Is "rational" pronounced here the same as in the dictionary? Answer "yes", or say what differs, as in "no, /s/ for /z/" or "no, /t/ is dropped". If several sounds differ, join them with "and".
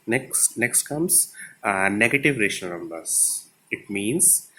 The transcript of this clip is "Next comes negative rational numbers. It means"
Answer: no, /n/ is dropped